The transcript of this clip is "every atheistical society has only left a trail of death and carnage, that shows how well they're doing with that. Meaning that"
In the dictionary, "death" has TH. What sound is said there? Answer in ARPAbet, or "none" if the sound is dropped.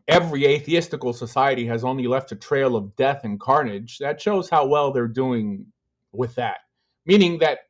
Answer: TH